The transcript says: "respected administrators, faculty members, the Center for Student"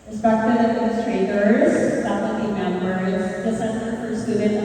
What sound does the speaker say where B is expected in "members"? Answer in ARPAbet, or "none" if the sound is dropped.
none